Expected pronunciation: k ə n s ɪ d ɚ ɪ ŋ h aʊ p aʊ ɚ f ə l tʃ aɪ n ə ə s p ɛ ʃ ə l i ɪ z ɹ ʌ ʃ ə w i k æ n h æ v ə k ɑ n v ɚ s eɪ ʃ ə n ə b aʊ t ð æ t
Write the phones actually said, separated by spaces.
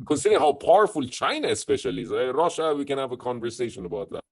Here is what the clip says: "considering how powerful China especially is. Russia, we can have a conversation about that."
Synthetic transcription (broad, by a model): k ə n s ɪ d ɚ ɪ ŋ h aʊ p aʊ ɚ f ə l tʃ aɪ n ə ə s p ɛ ʃ ə l i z ɹ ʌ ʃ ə w i k æ n h æ v ə k ɑ n v ɚ s eɪ ʃ ə n ə b aʊ t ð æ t